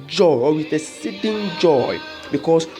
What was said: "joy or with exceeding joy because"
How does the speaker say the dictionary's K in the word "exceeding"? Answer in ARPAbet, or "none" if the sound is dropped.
none